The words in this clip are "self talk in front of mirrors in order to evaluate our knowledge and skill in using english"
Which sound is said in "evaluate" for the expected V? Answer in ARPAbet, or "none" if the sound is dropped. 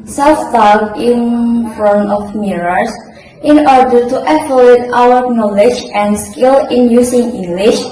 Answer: F